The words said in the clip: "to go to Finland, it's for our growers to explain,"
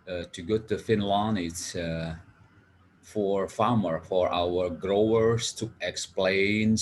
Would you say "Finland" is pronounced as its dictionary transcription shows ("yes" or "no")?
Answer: no